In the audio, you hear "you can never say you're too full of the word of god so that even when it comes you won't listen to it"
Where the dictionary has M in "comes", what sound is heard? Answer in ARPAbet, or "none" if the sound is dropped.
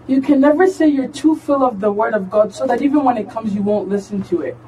M